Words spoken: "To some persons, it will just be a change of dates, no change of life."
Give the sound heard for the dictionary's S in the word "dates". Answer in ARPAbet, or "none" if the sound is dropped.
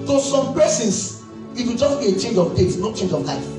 none